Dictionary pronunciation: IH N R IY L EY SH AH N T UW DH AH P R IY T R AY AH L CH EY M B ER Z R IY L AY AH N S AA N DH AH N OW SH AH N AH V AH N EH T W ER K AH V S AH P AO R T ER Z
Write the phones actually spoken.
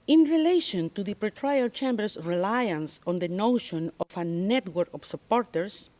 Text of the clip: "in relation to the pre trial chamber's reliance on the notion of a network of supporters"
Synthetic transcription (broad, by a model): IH N R IY L EY SH AH N T UW DH AH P R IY T R AY AH L CH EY M B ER S R IY L AY AH N S AA N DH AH N OW SH AH N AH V AH N EH T W ER K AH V S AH P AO R T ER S